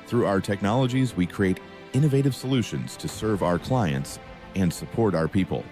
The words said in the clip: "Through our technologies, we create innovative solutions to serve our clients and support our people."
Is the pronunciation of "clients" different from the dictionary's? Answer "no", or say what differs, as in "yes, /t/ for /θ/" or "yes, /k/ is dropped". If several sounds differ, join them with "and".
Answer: no